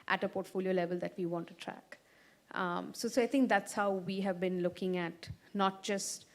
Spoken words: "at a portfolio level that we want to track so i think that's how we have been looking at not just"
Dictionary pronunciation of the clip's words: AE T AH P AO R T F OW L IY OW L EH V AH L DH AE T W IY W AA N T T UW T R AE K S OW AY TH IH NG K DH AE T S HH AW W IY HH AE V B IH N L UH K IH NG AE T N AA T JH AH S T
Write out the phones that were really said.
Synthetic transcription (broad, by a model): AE T AH P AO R T F OW L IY OW L EH V AH L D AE T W IY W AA N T T UW T R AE K S OW AY T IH NG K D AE T S HH AW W IY HH AE V B IH N L UH K IH NG AE T N AA T JH AH S T